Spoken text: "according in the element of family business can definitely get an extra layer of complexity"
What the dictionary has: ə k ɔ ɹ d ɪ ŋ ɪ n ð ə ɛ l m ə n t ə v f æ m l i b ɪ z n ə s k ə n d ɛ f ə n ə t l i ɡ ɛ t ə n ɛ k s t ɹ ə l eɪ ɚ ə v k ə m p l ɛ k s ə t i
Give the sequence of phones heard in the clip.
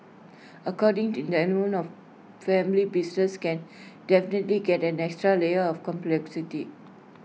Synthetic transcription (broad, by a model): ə k ɔ d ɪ ŋ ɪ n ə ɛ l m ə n ə f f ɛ m l i b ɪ s n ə s k ə n d ɛ f ə n ə t l i ɡ ɛ t ə n ɛ k s t ɹ ə l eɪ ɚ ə f k ə m p l ɛ k s ə t i